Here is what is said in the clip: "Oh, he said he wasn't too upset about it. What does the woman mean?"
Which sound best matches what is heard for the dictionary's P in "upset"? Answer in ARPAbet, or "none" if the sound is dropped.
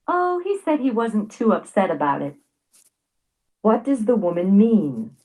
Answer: P